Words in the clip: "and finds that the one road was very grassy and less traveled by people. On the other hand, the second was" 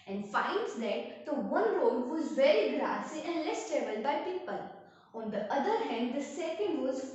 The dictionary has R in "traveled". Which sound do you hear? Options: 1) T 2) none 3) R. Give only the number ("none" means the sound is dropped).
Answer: 2